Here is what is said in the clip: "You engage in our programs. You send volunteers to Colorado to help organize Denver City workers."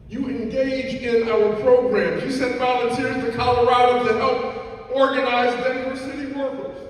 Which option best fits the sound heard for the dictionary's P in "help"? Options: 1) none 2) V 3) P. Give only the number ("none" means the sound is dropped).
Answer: 3